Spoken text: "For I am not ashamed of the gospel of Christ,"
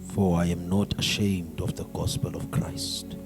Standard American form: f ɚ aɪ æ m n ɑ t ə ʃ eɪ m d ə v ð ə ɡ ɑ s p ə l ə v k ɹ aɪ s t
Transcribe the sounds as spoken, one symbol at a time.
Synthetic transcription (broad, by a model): f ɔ aɪ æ m n ɑ t ə ʃ eɪ m d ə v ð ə ɡ ɑ s p ə l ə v k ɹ aɪ s t